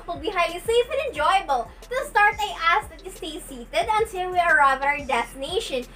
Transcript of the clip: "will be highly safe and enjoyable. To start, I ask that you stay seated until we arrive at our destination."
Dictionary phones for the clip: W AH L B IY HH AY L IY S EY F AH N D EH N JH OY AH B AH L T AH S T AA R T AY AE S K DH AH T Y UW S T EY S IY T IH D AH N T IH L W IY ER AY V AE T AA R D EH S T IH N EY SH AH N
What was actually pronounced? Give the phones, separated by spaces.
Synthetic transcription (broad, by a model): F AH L B IY HH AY IY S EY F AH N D EH N JH OY AH B AH L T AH S T AA R T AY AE S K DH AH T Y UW S T EY S IY T IH D AH N T IH L W IY ER AY V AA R D EH S T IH N EY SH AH N